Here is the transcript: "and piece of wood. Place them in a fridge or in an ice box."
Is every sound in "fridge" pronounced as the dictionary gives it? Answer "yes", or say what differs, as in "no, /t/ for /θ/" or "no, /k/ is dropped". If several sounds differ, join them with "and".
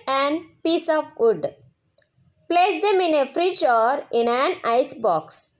no, /tʃ/ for /dʒ/